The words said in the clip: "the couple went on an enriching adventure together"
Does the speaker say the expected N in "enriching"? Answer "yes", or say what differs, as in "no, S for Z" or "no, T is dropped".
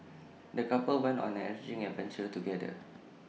no, N is dropped